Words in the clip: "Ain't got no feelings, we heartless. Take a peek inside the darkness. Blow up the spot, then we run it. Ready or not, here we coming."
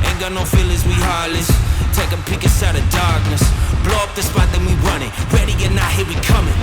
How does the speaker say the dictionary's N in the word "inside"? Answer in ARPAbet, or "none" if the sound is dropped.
none